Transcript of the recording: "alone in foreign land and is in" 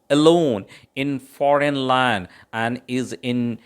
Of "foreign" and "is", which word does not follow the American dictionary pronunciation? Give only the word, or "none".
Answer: none